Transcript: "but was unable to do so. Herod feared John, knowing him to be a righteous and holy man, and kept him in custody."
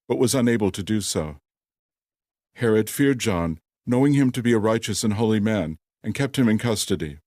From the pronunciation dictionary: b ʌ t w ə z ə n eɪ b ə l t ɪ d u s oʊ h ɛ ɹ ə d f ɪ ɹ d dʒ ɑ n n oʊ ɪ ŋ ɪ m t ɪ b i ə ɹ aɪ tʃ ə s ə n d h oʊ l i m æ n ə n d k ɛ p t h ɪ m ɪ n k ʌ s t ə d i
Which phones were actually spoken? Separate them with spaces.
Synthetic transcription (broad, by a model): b ʌ t w ə z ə n eɪ b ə l t ɪ d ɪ s oʊ h ɛ ɹ ə d f ɪ ɹ d dʒ ɑ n n oʊ ɪ ŋ ɪ m t ɪ b i ə ɹ aɪ tʃ ə s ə n h oʊ l i m æ n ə n k ɛ p t h ɪ m ɪ n k ʌ s t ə d i